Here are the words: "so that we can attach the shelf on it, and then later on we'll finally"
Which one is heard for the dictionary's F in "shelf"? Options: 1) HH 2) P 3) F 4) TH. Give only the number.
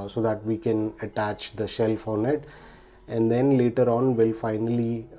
3